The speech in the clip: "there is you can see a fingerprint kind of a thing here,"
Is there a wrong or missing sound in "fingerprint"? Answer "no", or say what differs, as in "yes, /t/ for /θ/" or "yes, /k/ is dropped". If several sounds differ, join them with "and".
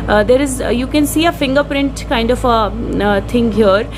no